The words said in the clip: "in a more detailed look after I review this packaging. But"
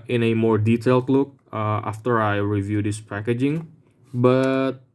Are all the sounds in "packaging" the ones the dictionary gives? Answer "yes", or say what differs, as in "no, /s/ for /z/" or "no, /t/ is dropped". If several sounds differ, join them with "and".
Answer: yes